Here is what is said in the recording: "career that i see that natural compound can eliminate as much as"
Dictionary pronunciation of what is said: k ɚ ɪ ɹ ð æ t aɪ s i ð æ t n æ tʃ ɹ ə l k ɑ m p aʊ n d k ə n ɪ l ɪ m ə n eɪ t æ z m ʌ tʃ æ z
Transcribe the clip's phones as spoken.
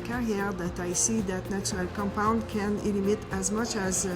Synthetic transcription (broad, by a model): k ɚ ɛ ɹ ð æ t aɪ s i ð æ t n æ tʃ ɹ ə l k ɑ m p aʊ n d k ə n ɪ l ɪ m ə t æ z m ʌ tʃ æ z